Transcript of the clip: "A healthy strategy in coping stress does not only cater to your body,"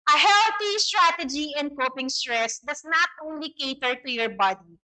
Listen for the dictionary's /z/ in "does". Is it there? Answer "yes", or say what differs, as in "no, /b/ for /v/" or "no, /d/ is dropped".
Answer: no, /s/ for /z/